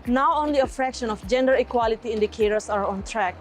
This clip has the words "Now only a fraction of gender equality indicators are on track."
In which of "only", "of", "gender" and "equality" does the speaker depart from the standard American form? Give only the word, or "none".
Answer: of